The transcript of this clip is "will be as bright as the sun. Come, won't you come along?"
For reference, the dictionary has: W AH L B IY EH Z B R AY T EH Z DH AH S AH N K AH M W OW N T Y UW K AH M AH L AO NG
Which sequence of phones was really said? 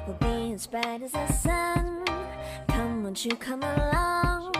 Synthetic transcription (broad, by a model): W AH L B IY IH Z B AY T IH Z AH S AH N K AH M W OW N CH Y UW K AH M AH L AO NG